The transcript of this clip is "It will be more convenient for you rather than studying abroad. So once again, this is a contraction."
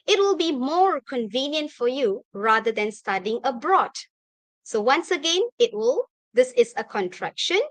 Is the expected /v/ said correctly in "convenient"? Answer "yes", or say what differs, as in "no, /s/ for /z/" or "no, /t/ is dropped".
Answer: yes